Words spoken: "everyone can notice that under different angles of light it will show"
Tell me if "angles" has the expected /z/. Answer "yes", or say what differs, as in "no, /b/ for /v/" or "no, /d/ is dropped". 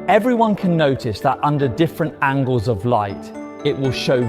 yes